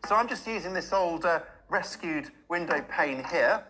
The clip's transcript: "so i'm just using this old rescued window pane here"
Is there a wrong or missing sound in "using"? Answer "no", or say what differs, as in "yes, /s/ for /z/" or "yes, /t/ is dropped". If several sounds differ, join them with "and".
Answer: no